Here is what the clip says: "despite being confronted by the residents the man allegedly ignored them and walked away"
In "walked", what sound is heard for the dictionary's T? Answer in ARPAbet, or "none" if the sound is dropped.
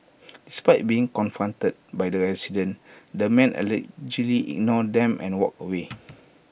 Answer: none